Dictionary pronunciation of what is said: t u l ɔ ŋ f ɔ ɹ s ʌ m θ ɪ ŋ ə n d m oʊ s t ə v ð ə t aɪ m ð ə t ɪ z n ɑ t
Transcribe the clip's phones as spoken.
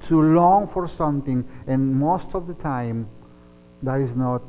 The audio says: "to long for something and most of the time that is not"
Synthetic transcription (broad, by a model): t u l ɔ ŋ f ɔ ɹ s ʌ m t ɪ ŋ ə n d m oʊ s t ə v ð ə t aɪ m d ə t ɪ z n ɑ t